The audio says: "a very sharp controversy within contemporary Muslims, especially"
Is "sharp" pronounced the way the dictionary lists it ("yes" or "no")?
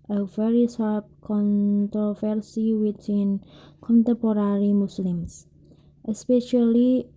no